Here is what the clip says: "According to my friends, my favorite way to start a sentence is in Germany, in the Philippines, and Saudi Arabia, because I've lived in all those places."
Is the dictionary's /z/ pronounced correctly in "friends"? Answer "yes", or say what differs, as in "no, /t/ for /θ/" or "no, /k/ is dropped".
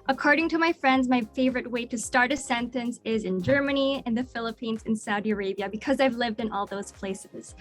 yes